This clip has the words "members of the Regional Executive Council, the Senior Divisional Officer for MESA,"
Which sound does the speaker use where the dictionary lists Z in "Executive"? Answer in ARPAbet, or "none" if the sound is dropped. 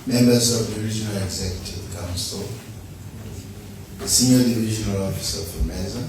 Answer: Z